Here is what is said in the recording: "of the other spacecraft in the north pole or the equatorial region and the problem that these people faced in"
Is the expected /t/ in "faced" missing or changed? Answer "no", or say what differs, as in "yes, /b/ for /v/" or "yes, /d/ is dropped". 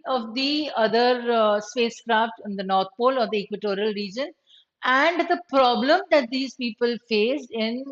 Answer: yes, /t/ is dropped